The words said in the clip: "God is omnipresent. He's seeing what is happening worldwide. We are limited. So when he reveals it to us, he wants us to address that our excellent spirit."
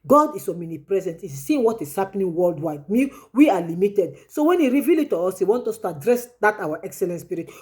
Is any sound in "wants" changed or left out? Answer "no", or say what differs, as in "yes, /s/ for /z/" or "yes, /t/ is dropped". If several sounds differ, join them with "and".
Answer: yes, /s/ is dropped